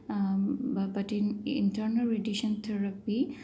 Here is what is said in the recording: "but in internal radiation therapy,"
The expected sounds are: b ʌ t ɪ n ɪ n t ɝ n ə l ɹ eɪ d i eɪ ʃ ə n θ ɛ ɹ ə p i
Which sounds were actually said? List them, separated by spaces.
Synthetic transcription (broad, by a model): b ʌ t ɪ n ɪ n t ɝ n ə l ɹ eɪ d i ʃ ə n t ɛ ɹ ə p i